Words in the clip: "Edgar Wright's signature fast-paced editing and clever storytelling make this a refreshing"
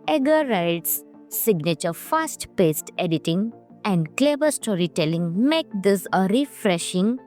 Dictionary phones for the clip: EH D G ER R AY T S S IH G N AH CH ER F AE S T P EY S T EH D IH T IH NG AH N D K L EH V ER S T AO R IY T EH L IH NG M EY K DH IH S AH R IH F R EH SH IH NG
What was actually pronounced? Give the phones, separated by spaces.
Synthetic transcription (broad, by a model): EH G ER R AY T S S IH G N AH CH ER F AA S T P EY S T EH D IH T IH NG AH N D K L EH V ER S T AO R IY T EH L IH NG M EY K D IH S AH R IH F R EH SH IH NG